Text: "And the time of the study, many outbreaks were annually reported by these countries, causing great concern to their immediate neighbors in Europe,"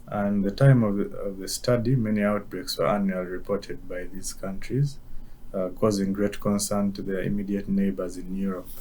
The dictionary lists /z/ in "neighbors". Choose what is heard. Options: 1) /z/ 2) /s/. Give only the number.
1